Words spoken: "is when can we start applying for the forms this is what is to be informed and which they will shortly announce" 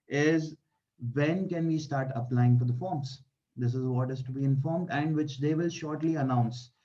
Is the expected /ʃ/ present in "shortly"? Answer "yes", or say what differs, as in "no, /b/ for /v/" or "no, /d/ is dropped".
yes